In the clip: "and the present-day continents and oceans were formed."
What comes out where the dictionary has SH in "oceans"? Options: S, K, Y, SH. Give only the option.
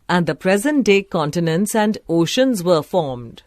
SH